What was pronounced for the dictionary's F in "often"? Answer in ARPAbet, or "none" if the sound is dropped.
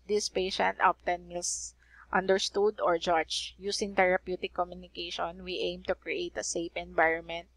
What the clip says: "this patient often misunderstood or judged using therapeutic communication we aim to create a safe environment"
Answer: P